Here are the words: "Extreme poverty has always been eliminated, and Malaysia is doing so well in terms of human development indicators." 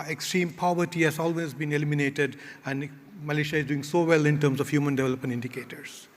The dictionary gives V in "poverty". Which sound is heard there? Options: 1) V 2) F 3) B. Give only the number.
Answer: 1